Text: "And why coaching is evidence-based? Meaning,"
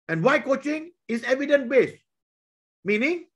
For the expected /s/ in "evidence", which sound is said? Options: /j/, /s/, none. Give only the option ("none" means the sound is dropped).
none